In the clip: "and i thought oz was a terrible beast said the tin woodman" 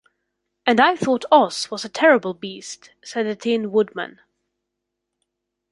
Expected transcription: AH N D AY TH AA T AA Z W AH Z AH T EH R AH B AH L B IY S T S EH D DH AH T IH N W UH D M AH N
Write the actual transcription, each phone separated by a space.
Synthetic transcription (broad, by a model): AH N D AY TH AA T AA S W AH Z AH T EH R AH B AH L B IY S T S EH D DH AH T IH N W UH D M AH N